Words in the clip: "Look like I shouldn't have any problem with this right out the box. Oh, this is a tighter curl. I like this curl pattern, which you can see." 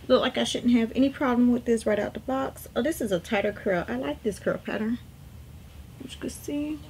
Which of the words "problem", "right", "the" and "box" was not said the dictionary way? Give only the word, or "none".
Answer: none